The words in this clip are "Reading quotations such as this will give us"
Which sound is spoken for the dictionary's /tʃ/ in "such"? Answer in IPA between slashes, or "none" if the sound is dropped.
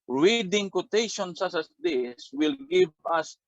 /s/